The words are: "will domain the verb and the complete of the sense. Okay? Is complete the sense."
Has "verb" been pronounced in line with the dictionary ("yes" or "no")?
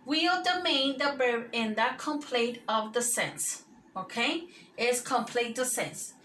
no